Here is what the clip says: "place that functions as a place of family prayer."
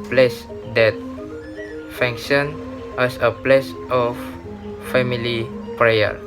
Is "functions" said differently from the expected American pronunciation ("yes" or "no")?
yes